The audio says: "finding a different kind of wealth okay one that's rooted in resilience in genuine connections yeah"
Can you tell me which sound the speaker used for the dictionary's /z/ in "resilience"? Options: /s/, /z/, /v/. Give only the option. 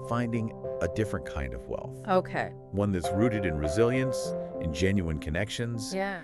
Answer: /z/